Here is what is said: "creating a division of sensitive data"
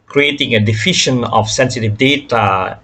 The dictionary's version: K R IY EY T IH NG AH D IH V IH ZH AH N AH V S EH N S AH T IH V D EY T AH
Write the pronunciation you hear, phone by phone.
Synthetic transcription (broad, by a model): K R IY EY T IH NG AH D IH F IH SH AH N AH F S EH N S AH T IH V D EY T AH